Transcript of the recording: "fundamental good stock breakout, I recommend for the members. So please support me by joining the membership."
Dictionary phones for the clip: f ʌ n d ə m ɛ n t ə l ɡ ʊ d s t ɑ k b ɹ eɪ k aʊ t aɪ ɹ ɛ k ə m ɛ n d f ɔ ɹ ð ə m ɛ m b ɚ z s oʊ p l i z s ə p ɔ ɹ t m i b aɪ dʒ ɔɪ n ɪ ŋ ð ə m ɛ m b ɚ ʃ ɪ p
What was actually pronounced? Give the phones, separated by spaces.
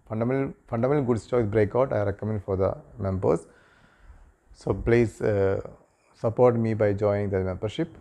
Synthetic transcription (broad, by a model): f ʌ n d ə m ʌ n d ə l ɡ ʊ d s t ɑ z b ɹ eɪ k aʊ t aɪ ɹ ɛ k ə m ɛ n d f ɔ ɹ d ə m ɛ m b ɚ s s oʊ p l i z s ə p ɔ ɹ t m i b aɪ dʒ ɔɪ ɪ ŋ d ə m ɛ m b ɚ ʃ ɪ p